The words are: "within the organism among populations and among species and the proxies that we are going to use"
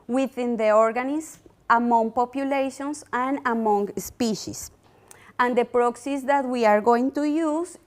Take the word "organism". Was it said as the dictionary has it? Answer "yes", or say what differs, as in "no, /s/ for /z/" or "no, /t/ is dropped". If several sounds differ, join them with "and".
no, /s/ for /z/